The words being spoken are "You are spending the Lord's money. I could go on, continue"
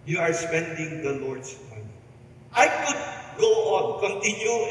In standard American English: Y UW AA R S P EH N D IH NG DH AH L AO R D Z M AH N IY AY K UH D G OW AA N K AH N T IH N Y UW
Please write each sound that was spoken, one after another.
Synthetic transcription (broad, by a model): Y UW AA R S P EH N D IH NG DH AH L AO R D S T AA IY AY K UH D G OW AA N K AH N T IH N Y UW